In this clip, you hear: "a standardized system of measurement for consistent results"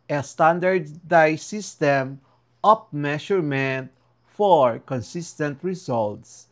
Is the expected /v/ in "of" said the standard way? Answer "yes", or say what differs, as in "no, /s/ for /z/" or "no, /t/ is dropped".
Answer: no, /p/ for /v/